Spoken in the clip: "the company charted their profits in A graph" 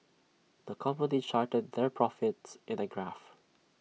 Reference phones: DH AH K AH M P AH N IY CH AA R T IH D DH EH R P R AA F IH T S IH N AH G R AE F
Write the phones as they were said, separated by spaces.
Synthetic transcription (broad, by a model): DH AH K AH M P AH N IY CH AA R T IH D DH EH R P R AA F IH T S IH N AH G R AE F